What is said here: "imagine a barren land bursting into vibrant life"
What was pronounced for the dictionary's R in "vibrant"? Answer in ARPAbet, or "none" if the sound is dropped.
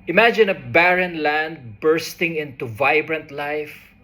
R